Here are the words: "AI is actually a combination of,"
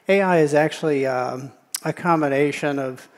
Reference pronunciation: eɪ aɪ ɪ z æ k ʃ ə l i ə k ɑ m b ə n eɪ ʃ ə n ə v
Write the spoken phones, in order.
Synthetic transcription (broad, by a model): eɪ aɪ ɪ z æ k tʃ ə l i ə k ɑ m b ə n eɪ ʃ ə n ə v